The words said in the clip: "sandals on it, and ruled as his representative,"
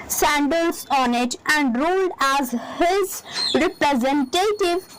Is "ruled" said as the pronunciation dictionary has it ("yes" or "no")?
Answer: yes